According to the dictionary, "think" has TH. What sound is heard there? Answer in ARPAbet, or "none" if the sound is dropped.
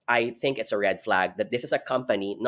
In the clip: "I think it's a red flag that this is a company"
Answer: TH